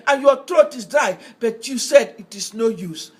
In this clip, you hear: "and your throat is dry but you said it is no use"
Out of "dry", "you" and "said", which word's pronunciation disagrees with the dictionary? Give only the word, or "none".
dry